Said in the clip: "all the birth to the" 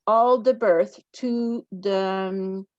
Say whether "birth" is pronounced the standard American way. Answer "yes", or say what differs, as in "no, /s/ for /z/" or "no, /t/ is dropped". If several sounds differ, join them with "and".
yes